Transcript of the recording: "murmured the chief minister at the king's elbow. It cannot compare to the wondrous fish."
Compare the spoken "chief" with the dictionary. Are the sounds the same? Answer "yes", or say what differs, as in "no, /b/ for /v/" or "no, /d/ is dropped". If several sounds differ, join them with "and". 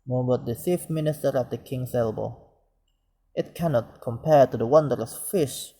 no, /s/ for /tʃ/